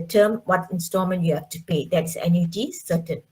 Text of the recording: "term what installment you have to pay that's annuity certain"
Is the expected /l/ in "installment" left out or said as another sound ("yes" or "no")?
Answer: yes